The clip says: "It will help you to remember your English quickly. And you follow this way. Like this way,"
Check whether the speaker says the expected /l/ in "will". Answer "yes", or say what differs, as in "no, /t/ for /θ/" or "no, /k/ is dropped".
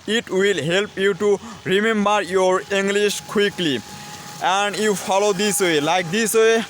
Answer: yes